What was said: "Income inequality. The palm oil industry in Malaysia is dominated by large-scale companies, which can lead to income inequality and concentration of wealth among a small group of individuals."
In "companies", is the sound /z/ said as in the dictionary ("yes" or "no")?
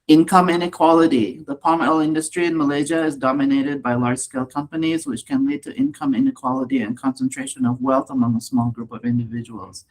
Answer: yes